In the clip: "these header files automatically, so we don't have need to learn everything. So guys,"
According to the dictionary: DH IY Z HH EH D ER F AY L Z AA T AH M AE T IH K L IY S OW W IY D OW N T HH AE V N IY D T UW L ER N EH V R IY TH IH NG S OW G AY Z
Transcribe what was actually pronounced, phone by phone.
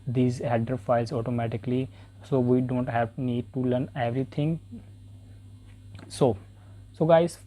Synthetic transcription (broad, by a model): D IY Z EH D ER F AY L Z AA T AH M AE T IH K L IY S OW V IY D OW N T HH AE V N IY D T UW L ER N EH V R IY T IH NG S OW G AY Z